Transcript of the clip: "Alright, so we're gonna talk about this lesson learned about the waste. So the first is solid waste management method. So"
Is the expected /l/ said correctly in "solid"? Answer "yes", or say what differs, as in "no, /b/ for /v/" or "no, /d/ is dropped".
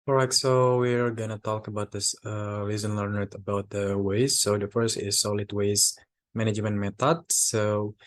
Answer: yes